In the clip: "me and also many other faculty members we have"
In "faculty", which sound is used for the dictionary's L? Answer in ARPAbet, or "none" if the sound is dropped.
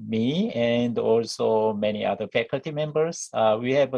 L